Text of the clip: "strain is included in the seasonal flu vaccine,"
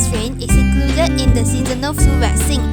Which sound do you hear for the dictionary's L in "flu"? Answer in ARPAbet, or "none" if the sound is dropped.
none